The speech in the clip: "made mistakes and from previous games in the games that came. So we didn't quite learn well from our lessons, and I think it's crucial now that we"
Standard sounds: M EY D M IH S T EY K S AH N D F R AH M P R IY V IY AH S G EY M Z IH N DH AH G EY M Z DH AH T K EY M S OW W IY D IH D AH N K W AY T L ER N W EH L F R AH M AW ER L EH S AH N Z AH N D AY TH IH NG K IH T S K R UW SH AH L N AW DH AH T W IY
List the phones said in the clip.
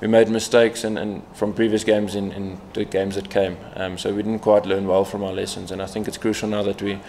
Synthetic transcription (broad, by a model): M EY D M IH S T EY K S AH N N F R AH M P R IY V IY AH S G EY M Z IH N DH AH G EY M Z DH AH T K EY M S OW W IY D IH D N K W AY T L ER N W EH L F R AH M AW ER L EH S AH N Z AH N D AY TH IH NG K IH T S K R UW SH AH L N AW DH AH T W IY